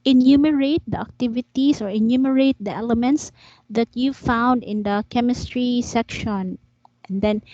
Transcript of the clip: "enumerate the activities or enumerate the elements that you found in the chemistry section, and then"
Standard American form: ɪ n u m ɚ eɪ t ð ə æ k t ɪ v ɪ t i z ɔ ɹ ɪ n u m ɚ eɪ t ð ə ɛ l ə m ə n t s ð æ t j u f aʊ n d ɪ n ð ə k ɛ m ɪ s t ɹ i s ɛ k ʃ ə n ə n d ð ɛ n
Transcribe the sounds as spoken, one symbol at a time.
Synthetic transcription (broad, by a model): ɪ n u m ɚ eɪ t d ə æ k t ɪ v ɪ t i s ɔ ɹ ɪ n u m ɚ eɪ t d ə ɛ l ə m ə n t s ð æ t j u f aʊ n d ɪ n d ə k ɛ m ɪ s t ɹ i s ɛ k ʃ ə n ə n d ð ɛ n